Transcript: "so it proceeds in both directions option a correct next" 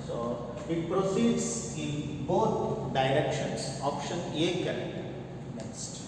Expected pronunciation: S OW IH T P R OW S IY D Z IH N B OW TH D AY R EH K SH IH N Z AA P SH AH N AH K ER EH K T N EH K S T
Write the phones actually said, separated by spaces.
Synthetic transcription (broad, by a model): S OW IH T P R OW S IY D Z IH N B OW T D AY R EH K SH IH N S AA P SH AH N AH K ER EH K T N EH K S T